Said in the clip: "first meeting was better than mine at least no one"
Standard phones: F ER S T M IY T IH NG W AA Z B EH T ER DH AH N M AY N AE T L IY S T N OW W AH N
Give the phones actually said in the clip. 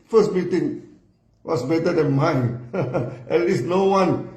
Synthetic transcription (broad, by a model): F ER S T M IY T IH NG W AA S B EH T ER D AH N M AY N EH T L IY S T N OW W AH N